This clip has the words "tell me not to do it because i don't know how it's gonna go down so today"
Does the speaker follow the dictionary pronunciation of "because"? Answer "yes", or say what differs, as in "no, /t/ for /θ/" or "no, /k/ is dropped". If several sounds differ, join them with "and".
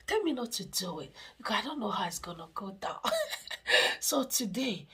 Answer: no, /z/ is dropped